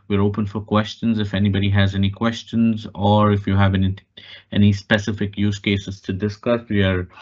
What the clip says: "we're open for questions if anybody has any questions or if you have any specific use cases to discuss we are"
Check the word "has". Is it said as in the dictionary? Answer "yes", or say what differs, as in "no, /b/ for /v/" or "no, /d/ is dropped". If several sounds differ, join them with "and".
yes